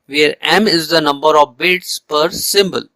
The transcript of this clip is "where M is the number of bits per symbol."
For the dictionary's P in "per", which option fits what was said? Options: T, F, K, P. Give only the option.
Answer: P